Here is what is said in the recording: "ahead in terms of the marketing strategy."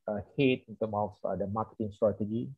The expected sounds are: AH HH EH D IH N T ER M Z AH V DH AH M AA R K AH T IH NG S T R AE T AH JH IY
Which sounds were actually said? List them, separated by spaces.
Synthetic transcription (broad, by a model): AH HH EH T IH N T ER M AH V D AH M AA K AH T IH NG S T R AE T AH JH IY